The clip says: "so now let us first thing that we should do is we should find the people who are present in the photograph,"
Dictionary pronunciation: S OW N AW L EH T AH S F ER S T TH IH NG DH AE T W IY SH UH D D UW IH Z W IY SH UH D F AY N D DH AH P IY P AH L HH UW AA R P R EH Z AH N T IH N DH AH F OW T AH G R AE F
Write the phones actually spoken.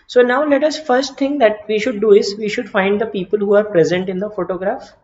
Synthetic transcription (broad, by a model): S OW N AW L EH T AH S F ER S T T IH NG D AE T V IY SH UH D D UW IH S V IY SH UH D F AY N D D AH P IY P AH L HH UW AA R P R EH Z AH N T IH N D AH F OW T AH G R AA F